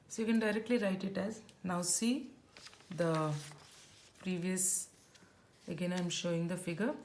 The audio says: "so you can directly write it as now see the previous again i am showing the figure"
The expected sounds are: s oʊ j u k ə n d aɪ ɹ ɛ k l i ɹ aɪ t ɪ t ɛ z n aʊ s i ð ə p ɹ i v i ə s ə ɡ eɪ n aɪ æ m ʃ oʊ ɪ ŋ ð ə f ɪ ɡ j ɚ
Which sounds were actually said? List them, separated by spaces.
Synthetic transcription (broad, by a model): s oʊ j u k ə n d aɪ ɹ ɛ k l i ɹ aɪ t ɪ t ɛ z n aʊ s i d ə p ɹ i v i ə s ə ɡ eɪ n aɪ m ʃ oʊ ɪ ŋ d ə f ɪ ɡ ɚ